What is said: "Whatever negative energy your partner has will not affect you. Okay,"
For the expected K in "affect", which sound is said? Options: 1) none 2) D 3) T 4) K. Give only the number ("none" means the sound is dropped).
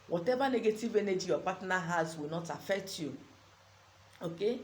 4